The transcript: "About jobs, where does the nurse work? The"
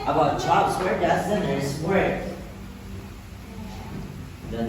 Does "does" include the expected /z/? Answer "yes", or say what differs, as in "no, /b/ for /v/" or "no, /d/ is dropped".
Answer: no, /s/ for /z/